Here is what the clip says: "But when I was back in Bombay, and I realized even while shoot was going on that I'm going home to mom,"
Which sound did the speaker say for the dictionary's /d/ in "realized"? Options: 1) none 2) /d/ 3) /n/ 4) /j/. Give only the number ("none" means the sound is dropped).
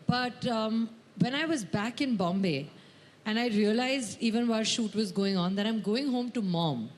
1